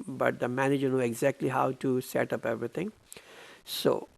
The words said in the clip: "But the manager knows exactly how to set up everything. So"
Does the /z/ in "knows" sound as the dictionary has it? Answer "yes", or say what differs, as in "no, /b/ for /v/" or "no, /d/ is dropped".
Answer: no, /z/ is dropped